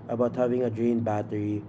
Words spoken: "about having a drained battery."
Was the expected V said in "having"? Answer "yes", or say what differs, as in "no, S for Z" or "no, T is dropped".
yes